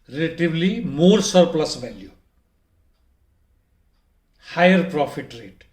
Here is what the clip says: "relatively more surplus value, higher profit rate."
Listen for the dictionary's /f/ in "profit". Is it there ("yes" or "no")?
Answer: no